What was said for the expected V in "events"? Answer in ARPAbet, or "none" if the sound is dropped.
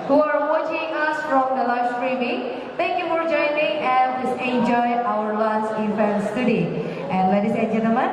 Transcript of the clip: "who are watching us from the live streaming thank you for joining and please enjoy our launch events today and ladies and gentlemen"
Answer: F